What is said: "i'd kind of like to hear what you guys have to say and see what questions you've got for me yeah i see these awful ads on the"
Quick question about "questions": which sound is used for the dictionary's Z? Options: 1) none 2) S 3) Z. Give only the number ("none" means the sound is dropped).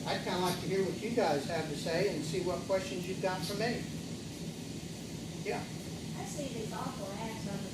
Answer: 3